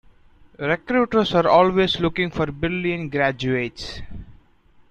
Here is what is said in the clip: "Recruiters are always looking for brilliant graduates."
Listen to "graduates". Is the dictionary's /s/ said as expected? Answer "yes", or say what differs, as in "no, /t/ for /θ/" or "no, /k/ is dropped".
yes